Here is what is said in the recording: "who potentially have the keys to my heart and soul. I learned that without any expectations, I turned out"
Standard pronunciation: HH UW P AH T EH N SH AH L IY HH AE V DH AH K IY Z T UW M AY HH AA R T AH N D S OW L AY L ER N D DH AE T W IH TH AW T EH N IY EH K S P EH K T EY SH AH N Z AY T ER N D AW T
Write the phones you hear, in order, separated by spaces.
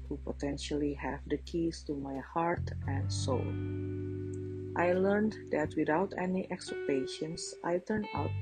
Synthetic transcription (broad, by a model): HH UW P AH T EH N SH AH L IY HH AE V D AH K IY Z T UW M AY HH AA R T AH N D S OW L AY L ER N D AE T W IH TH AW T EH N IY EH K S EH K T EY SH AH N S AY T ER N AW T